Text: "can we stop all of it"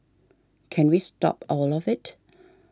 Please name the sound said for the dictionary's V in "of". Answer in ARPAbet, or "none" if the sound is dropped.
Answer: V